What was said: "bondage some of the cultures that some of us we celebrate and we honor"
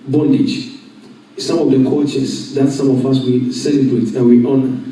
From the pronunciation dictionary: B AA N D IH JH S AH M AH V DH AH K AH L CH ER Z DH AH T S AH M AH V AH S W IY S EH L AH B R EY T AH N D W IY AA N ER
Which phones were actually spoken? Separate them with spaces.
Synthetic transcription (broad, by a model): B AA N D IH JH S AH M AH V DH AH K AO CH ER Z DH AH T S AH M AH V AH S W IY S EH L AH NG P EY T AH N W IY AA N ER